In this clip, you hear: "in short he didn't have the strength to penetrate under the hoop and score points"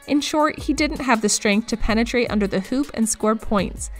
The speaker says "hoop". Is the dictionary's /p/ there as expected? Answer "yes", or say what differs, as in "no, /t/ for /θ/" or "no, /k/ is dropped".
yes